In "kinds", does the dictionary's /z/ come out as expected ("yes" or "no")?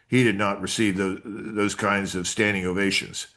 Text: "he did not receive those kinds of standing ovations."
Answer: yes